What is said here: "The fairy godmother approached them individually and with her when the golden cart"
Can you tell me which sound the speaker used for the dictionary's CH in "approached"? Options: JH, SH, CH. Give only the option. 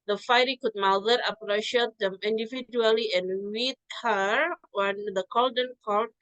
SH